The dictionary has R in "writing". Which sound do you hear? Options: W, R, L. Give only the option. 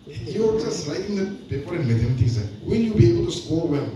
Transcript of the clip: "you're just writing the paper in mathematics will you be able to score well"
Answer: L